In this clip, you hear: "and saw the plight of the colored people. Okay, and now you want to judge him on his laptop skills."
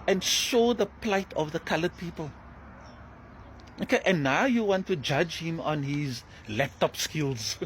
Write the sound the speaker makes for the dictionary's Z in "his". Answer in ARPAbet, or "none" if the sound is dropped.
Z